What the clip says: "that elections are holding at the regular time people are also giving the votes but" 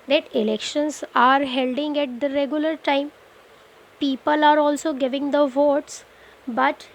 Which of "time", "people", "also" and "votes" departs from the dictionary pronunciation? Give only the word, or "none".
none